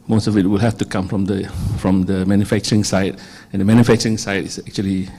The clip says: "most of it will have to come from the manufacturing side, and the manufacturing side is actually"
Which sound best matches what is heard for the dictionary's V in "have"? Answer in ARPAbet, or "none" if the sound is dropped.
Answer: F